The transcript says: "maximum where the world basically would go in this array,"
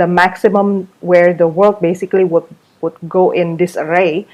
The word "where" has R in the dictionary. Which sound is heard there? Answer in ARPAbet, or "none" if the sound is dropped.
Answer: R